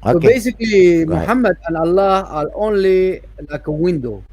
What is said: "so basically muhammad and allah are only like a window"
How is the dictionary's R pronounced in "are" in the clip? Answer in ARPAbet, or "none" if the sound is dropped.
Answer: L